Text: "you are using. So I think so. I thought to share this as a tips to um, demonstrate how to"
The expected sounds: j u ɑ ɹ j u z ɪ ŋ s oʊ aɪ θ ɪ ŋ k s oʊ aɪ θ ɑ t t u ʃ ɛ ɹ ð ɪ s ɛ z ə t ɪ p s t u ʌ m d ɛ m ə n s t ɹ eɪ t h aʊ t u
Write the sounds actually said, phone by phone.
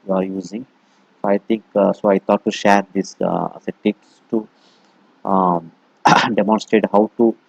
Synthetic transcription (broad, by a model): j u ɑ ɹ j u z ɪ ŋ s oʊ aɪ t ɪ ŋ k s oʊ aɪ t ɑ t t u ʃ ɛ ɹ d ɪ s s ə t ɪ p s t u d ɛ m ə n s t ɹ eɪ t h aʊ t u